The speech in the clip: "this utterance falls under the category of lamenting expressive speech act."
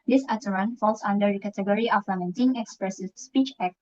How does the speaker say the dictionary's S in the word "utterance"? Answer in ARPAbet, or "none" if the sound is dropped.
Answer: none